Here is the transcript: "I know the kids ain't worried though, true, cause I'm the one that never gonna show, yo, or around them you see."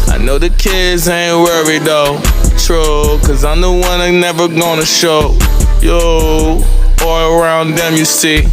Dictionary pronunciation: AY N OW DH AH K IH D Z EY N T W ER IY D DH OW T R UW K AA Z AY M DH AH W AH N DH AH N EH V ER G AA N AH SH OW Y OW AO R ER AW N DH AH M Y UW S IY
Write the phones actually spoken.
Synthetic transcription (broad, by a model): AY N OW DH AH K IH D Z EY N W ER IY D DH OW T R UW K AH Z AY M DH AH W AH N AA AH N EH V ER G AA N AH SH OW Y OW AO L ER AW N DH AH M Y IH S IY